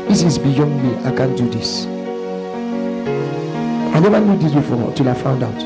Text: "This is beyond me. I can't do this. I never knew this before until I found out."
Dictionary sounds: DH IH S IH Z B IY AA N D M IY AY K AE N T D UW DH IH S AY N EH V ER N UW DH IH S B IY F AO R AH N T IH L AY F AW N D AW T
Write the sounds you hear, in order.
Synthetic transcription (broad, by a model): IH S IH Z B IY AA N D M IY AY K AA N D UW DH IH S AY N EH V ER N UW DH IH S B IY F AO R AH T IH L AY F AW N D AW T